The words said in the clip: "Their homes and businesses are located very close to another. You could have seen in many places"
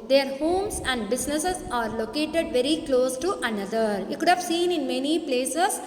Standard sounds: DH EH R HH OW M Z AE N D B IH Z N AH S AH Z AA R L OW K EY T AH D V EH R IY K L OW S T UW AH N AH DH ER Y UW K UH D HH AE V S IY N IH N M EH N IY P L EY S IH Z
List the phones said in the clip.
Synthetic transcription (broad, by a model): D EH R HH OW M S AE N D B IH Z N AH S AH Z AA R L OW K EY T AH D V EH R IY K L OW S T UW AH N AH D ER Y UW K UH D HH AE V S IY N IH N M EH N IY P L EY S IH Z